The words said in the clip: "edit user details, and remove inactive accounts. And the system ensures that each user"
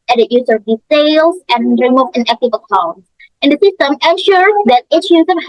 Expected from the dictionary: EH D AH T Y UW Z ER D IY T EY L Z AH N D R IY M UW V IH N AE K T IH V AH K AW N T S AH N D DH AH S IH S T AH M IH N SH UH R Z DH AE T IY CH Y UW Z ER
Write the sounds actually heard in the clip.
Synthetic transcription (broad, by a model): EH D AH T Y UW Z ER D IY S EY L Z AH N R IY M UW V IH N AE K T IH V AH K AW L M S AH N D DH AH S IH S T AH M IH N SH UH R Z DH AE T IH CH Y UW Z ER